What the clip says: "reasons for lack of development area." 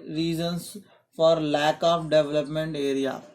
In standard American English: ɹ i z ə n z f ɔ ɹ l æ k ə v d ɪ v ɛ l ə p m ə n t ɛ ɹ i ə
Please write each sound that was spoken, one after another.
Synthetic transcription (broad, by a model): ɹ i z ə n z f ɔ ɹ l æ k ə p d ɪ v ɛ l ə p m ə n t ɛ ɹ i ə